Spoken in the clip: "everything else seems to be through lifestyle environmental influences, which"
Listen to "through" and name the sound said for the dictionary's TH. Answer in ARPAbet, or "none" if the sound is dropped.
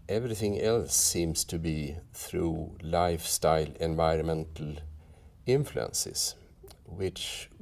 TH